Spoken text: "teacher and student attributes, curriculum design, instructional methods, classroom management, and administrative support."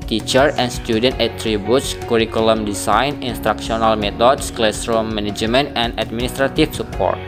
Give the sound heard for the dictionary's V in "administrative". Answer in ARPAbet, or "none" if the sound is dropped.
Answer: F